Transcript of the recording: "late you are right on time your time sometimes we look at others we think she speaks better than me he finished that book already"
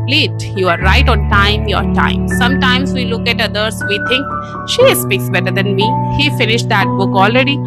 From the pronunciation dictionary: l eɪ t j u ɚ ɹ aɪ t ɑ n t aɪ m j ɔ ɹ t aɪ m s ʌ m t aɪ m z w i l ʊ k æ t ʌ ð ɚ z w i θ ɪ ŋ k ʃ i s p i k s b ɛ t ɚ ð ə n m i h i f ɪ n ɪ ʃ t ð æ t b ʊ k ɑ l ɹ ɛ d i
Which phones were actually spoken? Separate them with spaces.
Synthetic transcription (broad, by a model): l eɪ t j u ɚ ɹ aɪ t ɑ n t aɪ m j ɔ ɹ t aɪ m s ʌ m t aɪ m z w i l ʊ k æ t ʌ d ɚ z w i t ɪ ŋ k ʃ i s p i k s b ɛ t ɚ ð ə n m i h i f ɪ n ɪ ʃ t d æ t b ʊ k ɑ l ɹ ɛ d i